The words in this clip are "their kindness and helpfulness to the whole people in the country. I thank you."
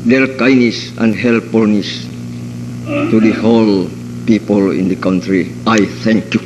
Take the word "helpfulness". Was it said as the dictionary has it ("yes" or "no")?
no